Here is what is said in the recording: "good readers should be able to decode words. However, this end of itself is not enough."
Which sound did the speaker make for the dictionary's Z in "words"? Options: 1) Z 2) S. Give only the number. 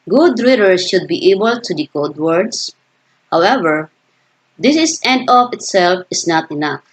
2